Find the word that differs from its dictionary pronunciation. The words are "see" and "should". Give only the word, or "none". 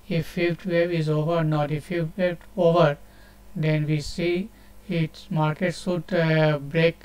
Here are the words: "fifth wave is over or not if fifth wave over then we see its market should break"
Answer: should